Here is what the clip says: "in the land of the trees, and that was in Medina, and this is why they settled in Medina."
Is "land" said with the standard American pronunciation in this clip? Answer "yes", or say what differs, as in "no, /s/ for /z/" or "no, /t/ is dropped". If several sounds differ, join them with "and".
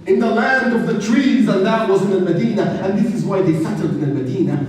yes